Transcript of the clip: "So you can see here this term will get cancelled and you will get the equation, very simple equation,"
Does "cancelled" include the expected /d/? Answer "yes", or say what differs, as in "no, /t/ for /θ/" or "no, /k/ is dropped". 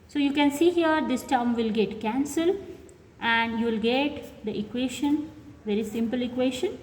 no, /d/ is dropped